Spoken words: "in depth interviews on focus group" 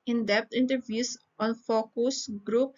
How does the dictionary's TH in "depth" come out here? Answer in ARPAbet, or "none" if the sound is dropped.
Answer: T